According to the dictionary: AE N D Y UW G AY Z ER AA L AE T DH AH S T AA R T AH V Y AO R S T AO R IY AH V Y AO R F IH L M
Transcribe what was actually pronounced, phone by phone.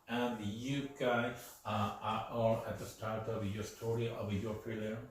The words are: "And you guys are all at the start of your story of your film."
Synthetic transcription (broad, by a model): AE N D Y UW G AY ER AA L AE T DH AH S T AA R T AH V Y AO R S T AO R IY AH V Y AO R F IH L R